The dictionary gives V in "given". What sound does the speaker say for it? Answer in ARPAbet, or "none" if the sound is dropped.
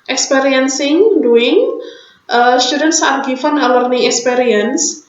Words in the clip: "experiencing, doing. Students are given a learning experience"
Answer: F